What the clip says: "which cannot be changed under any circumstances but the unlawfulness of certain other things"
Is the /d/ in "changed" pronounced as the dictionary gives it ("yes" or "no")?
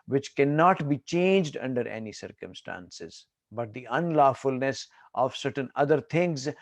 yes